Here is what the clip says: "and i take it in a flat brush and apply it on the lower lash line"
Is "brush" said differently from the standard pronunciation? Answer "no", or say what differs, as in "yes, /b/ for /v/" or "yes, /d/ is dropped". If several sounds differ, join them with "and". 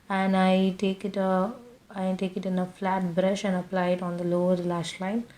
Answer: no